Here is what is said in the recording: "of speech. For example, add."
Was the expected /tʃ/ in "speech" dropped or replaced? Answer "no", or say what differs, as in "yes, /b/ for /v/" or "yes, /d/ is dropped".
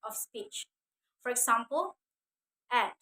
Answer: no